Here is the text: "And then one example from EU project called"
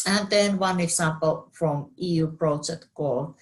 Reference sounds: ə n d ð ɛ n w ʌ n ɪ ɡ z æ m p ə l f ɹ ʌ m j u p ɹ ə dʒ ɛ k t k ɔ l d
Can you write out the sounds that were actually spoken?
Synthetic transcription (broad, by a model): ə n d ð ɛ n w ʌ n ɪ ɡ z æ m p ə l f ɹ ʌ m j u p ɹ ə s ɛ t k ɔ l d